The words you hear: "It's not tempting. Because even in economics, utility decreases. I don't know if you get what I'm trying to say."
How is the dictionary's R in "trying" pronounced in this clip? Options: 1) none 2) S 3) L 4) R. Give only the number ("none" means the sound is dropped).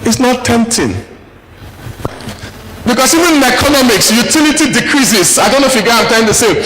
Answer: 1